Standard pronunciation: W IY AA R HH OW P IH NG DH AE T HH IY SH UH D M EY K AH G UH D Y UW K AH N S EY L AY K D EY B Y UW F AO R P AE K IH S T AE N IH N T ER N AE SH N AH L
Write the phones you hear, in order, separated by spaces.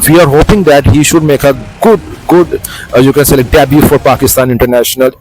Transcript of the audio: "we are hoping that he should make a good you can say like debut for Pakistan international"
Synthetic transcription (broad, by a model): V IY AA R HH OW P IH NG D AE T HH IY SH UH D M EY K AH G UH D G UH K AH N S EY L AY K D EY B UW F AO R P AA K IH S T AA N IH N T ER N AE SH N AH L